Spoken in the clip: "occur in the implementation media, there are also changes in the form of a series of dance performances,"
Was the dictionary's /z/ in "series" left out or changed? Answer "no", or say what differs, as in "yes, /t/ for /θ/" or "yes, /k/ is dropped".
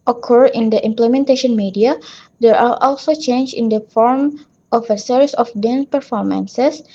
yes, /s/ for /z/